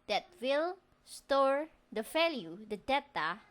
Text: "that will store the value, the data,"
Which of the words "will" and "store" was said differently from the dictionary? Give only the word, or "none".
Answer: none